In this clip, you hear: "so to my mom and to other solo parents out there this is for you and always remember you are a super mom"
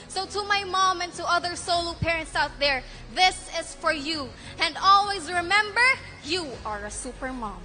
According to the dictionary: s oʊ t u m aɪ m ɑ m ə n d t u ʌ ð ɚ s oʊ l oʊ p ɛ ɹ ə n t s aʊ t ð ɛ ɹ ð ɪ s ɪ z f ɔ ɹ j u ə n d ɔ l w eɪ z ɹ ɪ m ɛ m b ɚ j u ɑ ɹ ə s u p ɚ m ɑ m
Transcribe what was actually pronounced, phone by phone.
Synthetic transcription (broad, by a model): s oʊ t u m aɪ m ɑ m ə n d t u ʌ ð ɚ s oʊ l oʊ p ɛ ɹ ə n t s aʊ t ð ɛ ɹ ð ɪ s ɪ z f ɔ ɹ j u ə n d ɔ l w eɪ z ɹ ɪ m ɛ m b ɚ j u ɑ ɹ ə s u p ɚ m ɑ m